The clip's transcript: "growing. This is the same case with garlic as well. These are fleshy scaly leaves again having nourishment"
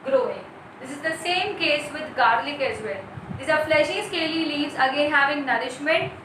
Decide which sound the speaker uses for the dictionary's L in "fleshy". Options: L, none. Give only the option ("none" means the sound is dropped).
L